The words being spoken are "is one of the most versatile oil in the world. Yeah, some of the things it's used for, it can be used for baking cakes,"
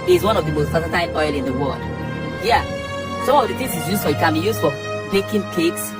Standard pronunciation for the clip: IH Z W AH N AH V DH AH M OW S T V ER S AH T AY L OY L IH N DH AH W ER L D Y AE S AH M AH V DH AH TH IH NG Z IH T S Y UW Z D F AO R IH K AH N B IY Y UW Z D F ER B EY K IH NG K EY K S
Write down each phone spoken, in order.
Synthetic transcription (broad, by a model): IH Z W AH N AH V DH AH M OW S T P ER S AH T AY N OY L IH N DH AH W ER L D Y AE S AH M AH V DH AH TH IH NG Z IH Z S Y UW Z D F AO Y IH K AH N B IY Y UW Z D F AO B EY K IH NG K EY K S